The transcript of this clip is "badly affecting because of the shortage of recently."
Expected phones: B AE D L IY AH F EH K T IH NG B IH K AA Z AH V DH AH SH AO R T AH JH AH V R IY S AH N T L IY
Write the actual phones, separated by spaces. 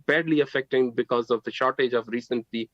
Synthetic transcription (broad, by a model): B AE D L IY AH F EH K T IH NG B IH K AA Z AH V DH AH SH AO R T AH JH AH V R IY S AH N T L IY